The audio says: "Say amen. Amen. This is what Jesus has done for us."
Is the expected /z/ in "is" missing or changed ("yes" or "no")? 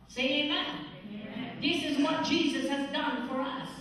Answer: no